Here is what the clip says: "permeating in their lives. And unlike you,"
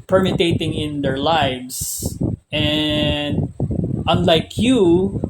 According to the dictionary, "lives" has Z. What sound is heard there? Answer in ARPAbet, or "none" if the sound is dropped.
S